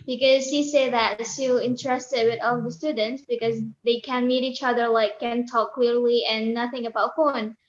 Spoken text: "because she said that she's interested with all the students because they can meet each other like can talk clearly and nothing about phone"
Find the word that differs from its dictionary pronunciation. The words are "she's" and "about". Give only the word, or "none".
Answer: she's